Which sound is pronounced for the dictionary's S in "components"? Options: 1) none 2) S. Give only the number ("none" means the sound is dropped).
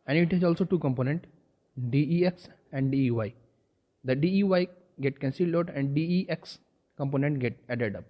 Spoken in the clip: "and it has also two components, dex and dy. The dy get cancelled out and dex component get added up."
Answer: 1